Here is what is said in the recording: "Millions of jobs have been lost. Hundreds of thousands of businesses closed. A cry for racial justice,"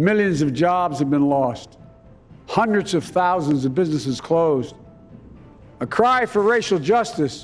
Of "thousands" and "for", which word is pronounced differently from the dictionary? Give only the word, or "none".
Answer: none